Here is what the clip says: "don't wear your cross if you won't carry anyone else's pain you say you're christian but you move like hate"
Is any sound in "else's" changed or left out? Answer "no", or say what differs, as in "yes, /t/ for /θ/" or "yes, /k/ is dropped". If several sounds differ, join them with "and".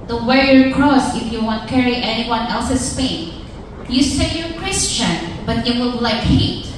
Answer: yes, /s/ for /z/